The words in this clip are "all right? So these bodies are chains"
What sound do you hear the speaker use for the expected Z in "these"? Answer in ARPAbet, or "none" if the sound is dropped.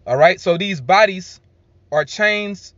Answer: Z